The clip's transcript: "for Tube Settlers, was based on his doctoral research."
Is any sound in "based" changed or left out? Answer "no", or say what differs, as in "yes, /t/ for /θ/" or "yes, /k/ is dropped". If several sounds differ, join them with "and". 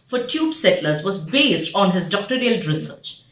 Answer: no